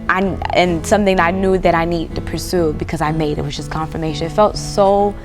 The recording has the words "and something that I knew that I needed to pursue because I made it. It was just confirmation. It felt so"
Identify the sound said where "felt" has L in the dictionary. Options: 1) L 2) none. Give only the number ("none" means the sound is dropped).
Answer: 1